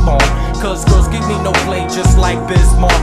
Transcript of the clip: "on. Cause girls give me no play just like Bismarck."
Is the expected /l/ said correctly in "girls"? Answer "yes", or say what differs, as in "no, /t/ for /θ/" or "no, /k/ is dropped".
no, /l/ is dropped